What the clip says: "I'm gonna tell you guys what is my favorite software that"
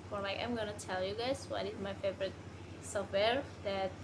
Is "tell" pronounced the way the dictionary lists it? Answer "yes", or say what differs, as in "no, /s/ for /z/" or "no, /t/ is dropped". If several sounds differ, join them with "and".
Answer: yes